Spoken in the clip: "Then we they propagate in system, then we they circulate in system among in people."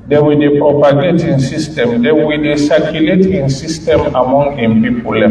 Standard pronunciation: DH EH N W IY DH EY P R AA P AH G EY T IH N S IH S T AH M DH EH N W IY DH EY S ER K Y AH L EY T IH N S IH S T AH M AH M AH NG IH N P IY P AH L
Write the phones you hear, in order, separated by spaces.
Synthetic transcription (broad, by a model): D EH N W IY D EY P R AA P AH G EY T IH N S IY S T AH M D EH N W IY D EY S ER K Y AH L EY T IH N S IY S T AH M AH M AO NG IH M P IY P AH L